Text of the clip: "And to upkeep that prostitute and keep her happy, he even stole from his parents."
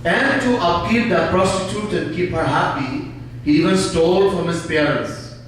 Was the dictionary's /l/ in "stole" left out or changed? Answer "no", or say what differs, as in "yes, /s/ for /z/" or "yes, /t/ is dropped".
no